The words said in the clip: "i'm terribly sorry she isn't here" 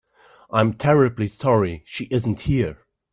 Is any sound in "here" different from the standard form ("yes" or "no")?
no